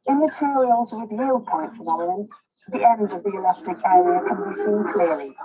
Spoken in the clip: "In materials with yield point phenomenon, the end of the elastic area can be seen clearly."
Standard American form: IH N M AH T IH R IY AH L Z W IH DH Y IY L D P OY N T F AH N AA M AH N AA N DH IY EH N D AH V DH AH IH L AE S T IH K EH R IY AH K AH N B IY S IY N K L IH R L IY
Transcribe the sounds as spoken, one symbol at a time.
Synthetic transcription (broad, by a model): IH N M AH T IH R IY AH L Z W IH DH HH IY L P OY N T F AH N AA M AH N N DH IY EH N D AH V DH AH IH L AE S T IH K EH R IY AH K AH N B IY S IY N K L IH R L IY